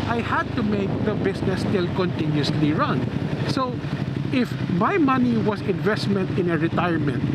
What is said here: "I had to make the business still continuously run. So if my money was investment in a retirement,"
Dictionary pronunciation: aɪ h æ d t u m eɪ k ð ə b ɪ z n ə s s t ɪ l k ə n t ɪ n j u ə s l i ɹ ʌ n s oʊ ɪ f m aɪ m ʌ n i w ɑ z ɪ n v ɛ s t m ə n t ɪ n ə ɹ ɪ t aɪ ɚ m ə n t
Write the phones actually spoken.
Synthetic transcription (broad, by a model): aɪ h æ d t u m eɪ k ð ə b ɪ s n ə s s t ɪ l k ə n t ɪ n j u s l i ɹ ʌ n s oʊ ɪ f m aɪ m ʌ n i w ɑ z ɪ n v ɛ s t m ə n t ɪ n ə ɹ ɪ t aɪ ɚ m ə n t